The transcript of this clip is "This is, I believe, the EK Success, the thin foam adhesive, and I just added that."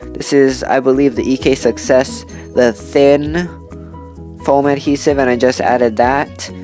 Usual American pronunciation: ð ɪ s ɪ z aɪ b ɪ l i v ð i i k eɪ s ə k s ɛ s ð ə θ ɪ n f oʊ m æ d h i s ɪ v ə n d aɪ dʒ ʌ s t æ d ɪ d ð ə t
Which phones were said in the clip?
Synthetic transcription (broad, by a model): ð ɪ s ɪ z aɪ b ɪ l i v ð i i k eɪ s ə k s ɛ s ð ə θ ɪ n f oʊ m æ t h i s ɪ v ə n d aɪ dʒ ʌ s t æ d ɪ d ð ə t